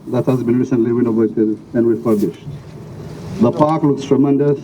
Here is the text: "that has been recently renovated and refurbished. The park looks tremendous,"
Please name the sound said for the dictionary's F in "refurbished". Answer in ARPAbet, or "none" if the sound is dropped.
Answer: P